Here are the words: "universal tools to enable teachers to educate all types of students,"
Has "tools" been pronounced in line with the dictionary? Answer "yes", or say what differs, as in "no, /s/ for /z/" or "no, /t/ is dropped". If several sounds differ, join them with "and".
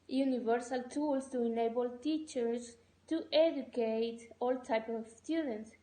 no, /s/ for /z/